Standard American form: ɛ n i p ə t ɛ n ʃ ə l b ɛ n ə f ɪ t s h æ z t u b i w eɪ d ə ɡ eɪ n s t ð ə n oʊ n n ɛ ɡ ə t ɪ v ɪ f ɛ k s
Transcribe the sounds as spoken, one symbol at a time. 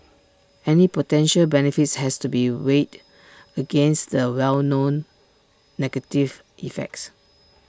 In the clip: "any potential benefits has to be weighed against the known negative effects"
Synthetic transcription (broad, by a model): ɛ n i p ə t ɛ n ʃ ə l b ɛ n ə f ɪ t s h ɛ s t u b i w eɪ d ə ɡ eɪ n s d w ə n oʊ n n ɛ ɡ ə t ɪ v ɪ f ɛ k s